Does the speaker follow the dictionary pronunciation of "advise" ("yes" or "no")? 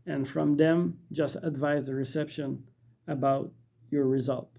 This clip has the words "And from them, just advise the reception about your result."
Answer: yes